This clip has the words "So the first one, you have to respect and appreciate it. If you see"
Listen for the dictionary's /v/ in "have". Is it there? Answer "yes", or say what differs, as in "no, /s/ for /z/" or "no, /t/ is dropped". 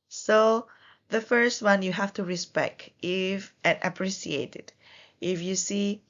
no, /f/ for /v/